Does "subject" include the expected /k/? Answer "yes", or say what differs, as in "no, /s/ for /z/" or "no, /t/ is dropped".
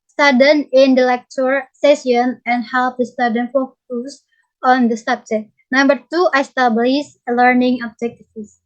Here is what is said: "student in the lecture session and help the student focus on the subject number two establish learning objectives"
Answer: no, /k/ is dropped